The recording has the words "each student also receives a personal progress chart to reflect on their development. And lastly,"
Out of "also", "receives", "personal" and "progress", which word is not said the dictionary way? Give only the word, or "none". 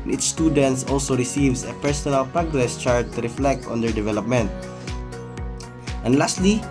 receives